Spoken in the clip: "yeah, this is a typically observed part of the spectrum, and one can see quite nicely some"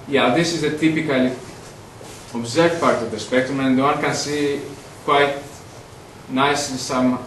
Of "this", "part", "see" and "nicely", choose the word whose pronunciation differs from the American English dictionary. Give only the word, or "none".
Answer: nicely